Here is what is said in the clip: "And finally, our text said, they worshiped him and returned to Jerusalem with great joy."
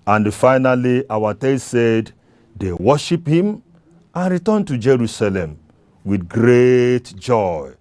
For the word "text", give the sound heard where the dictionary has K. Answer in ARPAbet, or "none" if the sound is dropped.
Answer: none